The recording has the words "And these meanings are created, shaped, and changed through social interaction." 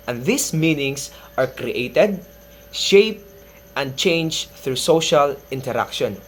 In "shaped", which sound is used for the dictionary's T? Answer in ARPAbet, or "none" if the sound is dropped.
T